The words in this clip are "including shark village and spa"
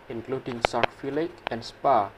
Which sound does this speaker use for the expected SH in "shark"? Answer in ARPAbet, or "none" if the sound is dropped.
S